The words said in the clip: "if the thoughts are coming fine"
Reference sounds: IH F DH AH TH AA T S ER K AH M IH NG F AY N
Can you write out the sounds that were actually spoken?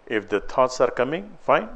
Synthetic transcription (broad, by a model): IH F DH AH T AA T S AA K AH M IH NG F AY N